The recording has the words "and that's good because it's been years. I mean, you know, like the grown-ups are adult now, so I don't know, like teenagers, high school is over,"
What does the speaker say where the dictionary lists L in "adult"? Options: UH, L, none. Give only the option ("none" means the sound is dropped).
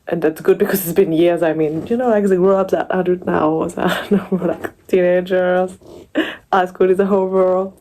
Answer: none